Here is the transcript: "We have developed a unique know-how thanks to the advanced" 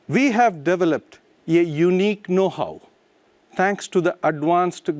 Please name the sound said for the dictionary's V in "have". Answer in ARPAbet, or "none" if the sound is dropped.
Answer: V